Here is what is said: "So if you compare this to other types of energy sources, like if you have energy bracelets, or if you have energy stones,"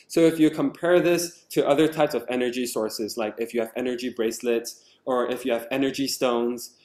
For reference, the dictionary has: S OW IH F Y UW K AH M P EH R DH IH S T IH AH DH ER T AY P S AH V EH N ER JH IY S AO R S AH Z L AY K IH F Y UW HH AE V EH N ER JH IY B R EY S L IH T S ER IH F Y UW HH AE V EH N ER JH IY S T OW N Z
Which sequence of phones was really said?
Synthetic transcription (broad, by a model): S OW IH F Y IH K AH M P EH R DH IH S T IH AH DH ER T AY P S AH V EH N ER JH IY S AO R S AH Z L AY K IH F Y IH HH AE V EH N ER JH IY B R EY S L IH T S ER IH F Y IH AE V EH N ER JH IY S T OW N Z